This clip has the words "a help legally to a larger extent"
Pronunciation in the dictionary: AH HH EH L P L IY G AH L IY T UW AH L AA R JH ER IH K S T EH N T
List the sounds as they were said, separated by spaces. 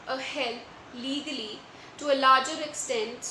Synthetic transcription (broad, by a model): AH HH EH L L IY G AH L IY T UW AH L AA R JH ER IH K S T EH N T